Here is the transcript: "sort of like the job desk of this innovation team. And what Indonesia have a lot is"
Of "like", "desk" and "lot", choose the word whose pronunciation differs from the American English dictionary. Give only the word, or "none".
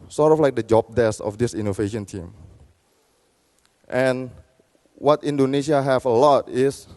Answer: desk